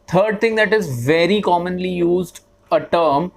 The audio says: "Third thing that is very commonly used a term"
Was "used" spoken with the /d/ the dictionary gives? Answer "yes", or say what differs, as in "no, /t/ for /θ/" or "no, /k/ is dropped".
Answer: yes